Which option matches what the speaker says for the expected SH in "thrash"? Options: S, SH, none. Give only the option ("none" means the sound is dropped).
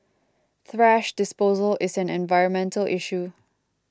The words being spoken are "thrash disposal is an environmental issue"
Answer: SH